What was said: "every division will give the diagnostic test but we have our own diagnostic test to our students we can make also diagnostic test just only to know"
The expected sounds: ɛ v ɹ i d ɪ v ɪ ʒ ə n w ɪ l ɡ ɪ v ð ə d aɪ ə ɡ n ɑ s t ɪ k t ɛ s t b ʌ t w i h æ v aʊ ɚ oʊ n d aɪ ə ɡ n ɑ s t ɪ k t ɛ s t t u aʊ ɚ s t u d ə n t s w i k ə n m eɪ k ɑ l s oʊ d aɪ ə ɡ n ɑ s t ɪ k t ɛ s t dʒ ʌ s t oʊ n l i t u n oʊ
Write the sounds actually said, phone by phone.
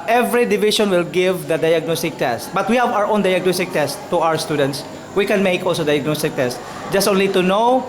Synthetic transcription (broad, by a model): ɛ v ɹ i d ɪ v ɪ ʃ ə n w ɪ l ɡ ɪ v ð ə d aɪ ə ɡ n ɑ s t ɪ k t ɛ s t b ʌ t w i h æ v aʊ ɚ oʊ n d aɪ ə ɡ n ɑ s t ɪ k t ɛ s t t u aʊ ɚ s t u d ə n t s w i k ə n m eɪ k ɑ l s oʊ d aɪ ə ɡ n ɑ s t ɪ k t ɛ s t dʒ ʌ s t oʊ n l i t u n oʊ